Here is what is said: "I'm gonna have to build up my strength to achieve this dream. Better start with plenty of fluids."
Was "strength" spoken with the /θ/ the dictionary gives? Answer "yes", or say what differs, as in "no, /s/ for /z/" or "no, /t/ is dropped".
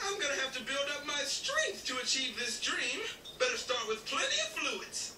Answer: yes